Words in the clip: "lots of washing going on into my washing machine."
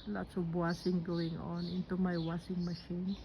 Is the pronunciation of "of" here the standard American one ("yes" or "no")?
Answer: no